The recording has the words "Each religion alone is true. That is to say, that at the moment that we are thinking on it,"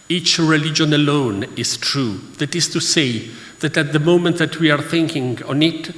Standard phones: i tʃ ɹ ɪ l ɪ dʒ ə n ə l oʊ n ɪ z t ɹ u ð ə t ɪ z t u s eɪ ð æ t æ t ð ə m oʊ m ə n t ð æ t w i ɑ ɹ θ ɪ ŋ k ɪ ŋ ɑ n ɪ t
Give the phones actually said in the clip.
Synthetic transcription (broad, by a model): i tʃ ɹ ɪ l ɪ dʒ ə n ə l oʊ n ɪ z t ɹ u ð ə t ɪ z t u s eɪ ð æ t æ t ð ə m oʊ m ə n t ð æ t w i ɑ ɹ θ ɪ ŋ k ɪ ŋ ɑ n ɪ t